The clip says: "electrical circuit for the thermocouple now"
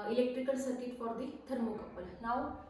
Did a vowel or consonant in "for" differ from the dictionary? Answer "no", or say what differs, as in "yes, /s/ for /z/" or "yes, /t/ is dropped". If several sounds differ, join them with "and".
yes, /p/ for /f/